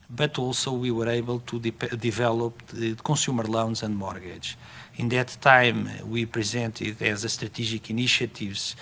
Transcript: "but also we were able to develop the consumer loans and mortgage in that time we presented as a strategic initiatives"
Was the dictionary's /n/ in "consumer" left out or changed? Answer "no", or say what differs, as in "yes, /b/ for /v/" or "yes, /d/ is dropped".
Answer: yes, /n/ is dropped